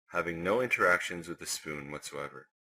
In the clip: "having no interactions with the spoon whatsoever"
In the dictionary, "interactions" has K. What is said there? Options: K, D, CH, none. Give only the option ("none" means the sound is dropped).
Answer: K